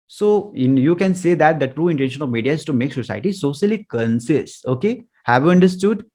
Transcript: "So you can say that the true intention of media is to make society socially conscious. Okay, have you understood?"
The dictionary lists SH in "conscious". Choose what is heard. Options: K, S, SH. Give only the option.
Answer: S